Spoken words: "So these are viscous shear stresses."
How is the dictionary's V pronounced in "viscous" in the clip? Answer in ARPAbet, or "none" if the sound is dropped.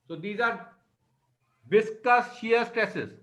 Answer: B